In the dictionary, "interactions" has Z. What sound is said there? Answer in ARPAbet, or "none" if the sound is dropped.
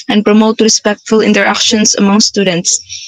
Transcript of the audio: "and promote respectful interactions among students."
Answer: S